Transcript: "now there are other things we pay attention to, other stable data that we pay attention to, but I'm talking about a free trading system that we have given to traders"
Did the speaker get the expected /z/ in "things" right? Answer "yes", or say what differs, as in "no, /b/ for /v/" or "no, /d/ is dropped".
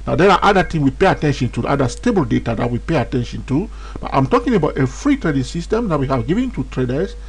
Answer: no, /z/ is dropped